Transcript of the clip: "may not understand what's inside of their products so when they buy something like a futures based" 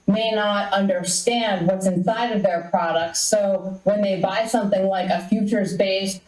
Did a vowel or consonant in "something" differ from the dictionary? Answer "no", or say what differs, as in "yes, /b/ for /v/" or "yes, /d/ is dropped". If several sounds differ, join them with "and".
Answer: no